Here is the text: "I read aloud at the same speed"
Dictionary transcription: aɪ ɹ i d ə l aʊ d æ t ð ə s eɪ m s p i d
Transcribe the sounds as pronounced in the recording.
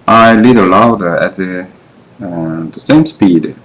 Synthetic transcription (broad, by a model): aɪ l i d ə l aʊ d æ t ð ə s eɪ m s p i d